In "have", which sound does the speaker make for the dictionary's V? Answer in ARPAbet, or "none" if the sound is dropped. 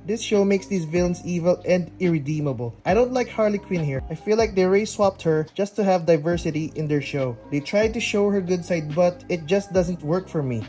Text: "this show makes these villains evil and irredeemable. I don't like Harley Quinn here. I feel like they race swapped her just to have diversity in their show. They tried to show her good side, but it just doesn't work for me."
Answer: V